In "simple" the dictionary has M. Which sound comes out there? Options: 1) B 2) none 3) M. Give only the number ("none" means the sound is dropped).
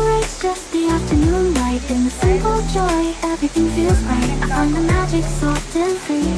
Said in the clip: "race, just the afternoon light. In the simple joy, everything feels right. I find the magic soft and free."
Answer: 2